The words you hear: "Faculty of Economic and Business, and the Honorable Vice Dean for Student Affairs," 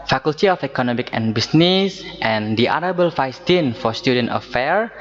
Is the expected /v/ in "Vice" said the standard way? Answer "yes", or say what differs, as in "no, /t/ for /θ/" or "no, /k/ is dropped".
no, /f/ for /v/